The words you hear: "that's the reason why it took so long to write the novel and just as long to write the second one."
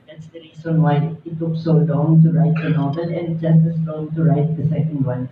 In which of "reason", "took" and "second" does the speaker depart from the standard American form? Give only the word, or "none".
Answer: reason